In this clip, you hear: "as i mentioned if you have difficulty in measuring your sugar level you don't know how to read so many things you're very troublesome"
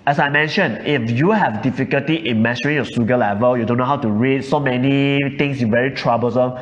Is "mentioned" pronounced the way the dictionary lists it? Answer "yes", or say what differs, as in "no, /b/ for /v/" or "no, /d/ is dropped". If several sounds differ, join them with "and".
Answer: no, /d/ is dropped